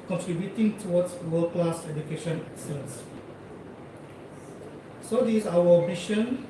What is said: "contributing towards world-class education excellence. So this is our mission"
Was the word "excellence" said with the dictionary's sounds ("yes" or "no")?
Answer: no